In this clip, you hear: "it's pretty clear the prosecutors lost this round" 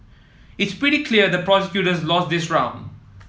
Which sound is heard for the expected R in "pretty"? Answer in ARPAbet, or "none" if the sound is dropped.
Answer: R